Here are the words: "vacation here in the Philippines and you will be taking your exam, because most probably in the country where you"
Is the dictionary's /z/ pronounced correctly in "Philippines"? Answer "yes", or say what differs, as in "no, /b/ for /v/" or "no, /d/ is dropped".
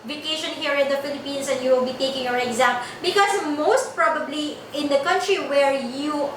no, /s/ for /z/